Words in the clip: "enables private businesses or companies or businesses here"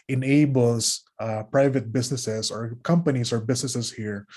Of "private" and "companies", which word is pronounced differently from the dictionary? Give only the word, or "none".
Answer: companies